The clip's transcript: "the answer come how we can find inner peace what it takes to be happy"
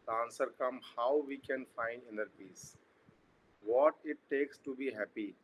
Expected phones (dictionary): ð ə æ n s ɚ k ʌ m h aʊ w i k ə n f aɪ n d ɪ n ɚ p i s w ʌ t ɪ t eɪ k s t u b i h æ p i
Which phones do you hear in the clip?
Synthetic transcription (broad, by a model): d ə n s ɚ k ʌ m h aʊ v i k ə n f aɪ n d ɪ n ɚ p i s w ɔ t ɪ t eɪ k s t u b i h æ p i